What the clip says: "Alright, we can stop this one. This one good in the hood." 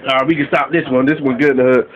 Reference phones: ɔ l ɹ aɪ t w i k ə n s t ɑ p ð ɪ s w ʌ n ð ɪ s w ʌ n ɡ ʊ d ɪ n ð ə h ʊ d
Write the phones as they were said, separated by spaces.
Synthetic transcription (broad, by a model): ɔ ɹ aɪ w i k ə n s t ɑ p ð ɪ s w ʌ n ð ɪ s w ʌ n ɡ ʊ ɪ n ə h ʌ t